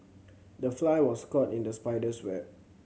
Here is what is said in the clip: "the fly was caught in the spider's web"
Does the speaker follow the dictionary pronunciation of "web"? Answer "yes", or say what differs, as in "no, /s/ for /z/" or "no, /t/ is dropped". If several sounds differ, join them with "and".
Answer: no, /b/ is dropped